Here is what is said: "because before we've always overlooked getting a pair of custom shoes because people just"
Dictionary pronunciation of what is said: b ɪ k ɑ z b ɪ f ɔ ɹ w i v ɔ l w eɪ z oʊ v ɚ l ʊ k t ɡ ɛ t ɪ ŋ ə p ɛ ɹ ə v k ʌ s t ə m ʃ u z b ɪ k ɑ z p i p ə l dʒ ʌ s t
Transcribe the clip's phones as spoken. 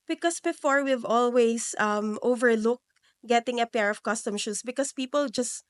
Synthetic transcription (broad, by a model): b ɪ k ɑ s b ɪ f ɔ ɹ w i v ɔ l w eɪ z oʊ v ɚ l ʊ k ɡ ɛ t ɪ ŋ ə p ɛ ɹ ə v k ʌ s t ə m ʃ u s b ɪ k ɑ s p i p ə l dʒ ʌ s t